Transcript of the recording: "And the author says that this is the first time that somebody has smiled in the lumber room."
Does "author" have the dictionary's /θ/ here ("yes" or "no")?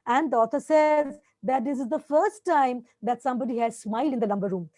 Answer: no